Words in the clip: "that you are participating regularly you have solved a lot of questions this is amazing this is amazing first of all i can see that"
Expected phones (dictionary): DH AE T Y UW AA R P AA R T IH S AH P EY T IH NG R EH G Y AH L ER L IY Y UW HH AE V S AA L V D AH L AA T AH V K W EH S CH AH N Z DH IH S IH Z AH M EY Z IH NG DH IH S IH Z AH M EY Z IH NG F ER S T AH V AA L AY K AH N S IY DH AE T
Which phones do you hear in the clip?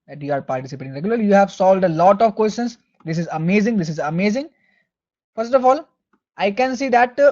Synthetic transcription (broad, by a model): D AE T Y UW AA R P AA R T IH S AH P EY T IH NG R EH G Y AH L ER L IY Y UW HH AE V S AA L D AH L AA T AH V K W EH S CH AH N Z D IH S IH Z AH M EY Z IH NG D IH S IH Z AH M EY Z IH NG F ER S T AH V AA L AY K AH N S IY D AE T